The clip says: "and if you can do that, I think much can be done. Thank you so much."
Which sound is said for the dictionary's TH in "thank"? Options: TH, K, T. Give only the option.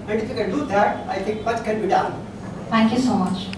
T